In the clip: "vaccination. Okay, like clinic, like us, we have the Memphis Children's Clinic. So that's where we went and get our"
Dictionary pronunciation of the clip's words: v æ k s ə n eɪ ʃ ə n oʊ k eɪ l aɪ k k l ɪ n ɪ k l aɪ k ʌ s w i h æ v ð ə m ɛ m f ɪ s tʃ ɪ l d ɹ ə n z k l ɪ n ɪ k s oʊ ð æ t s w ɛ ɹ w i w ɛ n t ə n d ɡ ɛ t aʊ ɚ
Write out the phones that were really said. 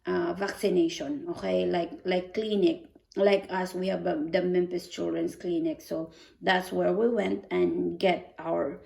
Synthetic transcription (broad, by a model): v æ k s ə n eɪ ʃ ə n oʊ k eɪ l aɪ k k l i n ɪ k l aɪ k ʌ s w i h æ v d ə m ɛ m p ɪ s tʃ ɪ l d ɹ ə n s k l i n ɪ k s oʊ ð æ t s w ɛ ɹ w i w ɛ n t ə n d ɡ ɛ t aʊ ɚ